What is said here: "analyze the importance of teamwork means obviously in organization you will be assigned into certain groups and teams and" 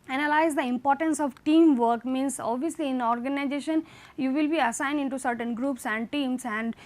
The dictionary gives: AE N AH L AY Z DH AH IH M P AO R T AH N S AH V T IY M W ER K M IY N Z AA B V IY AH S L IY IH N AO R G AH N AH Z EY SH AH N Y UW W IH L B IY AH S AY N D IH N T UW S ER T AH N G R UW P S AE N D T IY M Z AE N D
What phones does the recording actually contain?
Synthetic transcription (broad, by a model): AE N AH L AY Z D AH IH M P AO R T AH N S AH V T IY M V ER K M IY N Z AA B V IY AH S L IY IH N AO R G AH N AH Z EY SH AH N Y UW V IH L B IY AH S AY N D IH N T UW S ER T AH N G R UW P S AE N D T IY M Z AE N D